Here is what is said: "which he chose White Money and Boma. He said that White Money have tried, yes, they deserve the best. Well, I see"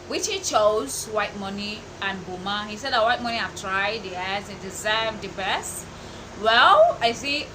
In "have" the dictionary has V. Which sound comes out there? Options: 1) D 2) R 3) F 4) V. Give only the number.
3